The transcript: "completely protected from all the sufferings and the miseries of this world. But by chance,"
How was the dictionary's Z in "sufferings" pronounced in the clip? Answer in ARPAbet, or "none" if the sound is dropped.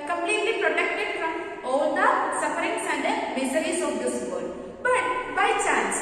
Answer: S